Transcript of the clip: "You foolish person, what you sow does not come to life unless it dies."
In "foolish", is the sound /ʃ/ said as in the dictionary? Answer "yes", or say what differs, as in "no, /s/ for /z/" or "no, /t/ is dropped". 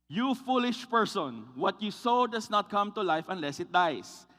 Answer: yes